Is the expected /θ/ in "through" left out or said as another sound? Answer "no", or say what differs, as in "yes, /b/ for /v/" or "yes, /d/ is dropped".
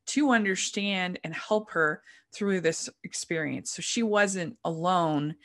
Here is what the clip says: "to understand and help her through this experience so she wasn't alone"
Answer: no